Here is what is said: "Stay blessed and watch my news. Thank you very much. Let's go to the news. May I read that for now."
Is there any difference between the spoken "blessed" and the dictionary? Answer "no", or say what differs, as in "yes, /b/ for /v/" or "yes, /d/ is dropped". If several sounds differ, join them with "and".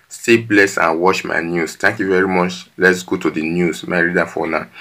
yes, /t/ is dropped